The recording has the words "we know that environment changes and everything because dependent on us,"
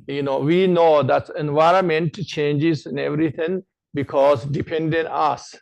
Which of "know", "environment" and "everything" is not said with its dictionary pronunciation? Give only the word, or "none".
everything